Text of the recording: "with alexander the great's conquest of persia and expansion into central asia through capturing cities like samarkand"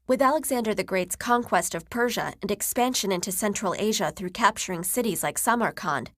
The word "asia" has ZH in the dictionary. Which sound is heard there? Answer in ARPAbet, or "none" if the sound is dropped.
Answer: ZH